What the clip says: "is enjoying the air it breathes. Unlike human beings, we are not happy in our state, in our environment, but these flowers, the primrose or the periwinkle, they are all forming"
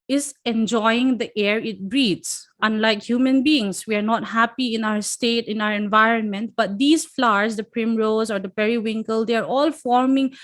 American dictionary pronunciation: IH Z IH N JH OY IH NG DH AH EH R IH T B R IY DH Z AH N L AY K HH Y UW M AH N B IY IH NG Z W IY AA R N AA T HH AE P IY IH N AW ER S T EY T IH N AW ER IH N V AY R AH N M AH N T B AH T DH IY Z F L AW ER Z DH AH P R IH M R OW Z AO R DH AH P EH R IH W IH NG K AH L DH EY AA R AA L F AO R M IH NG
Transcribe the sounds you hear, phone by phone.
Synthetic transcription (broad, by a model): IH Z IH N JH OY IH NG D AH EH R IH T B R IY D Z AH N L AY K HH Y UW M AH N B IY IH NG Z W IY AA R N AA T HH AE P IY IH N AW ER S T EY T IH N AW ER IH N V AY R AH N M AH N T B AH T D IY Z F L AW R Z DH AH P R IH M R OW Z AO R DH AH P EH R IH W IH NG K AH L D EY AA R AA L F AO R M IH NG